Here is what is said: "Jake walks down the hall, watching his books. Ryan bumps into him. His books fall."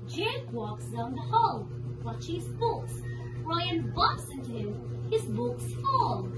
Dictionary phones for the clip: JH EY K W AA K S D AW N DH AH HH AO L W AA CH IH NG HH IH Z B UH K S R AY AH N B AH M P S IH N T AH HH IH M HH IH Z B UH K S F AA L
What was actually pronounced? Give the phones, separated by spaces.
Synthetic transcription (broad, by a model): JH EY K W AA K S D AW N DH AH HH AO L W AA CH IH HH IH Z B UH K S R AY AH N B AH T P S IH N T AH HH IH M HH IH Z B UH K S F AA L